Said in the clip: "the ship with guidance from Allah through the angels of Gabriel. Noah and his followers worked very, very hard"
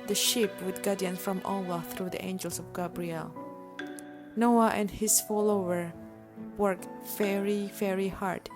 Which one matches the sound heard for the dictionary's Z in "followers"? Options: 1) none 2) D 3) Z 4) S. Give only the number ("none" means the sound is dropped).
1